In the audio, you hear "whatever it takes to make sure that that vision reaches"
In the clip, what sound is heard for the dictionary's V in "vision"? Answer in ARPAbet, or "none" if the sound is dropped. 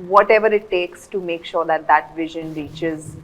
V